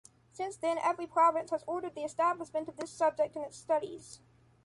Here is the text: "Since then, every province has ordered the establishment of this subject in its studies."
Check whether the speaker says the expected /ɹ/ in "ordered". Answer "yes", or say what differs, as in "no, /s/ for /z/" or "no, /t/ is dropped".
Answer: yes